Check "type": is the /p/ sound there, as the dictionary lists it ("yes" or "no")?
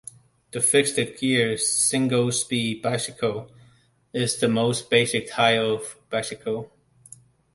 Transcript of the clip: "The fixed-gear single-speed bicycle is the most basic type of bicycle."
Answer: no